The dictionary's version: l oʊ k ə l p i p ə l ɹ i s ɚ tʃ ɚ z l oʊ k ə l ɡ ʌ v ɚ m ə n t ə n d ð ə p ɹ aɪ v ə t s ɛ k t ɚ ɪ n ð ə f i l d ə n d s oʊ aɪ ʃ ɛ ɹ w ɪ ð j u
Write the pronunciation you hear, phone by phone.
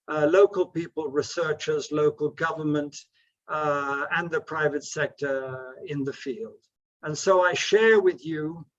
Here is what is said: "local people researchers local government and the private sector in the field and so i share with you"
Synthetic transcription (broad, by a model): l oʊ k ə l p i p ə l ɹ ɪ s ɚ tʃ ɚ z l oʊ k ə l ɡ ʌ v ɚ m ə n t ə n ð ə p ɹ aɪ v ə t s ɛ k t ɚ ɪ n ð ə f i l d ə n s oʊ aɪ ʃ ɛ ɹ w ɪ ð j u